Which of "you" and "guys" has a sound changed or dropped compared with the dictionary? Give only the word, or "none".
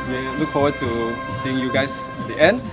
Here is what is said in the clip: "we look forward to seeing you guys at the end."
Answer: guys